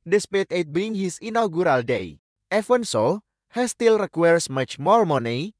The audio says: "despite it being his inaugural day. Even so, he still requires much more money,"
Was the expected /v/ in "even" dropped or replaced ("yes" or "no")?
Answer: yes